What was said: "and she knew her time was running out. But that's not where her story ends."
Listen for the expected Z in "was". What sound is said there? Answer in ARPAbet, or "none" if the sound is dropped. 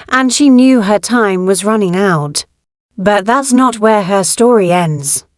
Z